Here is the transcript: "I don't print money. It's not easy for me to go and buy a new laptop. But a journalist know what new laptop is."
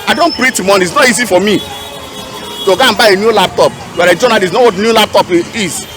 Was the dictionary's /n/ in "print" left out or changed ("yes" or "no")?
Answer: yes